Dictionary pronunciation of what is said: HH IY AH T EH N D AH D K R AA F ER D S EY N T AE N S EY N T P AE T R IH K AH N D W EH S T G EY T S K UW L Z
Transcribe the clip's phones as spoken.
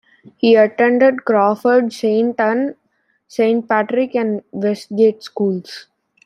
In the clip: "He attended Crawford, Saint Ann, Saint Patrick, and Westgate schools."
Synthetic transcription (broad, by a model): HH IY AH T EH N D AH D K R AA F ER D S EY N T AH N S EY N T P AE T R IH K AH N D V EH S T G EY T S K UW L S